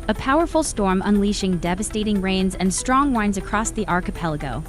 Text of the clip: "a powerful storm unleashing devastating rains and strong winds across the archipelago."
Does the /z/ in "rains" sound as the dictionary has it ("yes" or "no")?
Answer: yes